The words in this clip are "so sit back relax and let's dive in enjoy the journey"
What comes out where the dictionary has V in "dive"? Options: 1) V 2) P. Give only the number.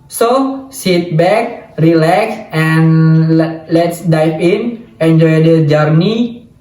2